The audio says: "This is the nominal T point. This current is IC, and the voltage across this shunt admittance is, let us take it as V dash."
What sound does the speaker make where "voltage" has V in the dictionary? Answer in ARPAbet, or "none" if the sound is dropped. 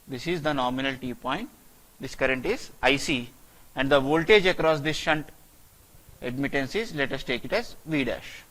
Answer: V